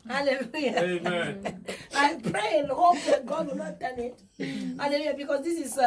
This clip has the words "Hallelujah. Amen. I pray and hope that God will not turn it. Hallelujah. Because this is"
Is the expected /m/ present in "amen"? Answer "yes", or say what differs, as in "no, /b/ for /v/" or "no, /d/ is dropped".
no, /m/ is dropped